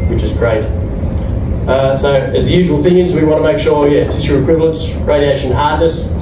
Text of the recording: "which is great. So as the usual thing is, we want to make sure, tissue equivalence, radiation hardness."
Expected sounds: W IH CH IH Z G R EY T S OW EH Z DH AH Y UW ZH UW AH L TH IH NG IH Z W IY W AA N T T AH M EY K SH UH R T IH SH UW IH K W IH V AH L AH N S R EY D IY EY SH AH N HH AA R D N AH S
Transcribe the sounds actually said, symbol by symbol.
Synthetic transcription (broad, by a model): W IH CH IH Z G R EY T S OW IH Z DH AH Y UW ZH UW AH L TH IH NG IH Z W IY W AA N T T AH M EY K SH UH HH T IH S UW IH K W IH V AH L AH N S R EY D IY EY SH AH N HH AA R D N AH S